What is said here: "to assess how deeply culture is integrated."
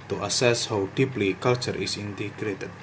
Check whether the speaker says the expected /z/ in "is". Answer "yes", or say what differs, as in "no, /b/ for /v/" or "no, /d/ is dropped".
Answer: no, /s/ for /z/